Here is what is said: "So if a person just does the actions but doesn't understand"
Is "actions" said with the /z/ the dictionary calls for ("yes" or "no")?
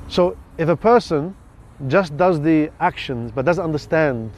yes